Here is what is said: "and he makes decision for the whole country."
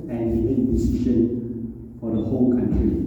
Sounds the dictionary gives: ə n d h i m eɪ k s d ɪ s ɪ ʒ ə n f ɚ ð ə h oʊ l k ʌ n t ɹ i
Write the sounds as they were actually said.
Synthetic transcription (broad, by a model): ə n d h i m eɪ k d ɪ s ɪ ʃ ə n f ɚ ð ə h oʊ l k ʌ n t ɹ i